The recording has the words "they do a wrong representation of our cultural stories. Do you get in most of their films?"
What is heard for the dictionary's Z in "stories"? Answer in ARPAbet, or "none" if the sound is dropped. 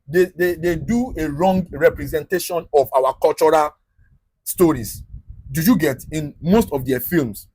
S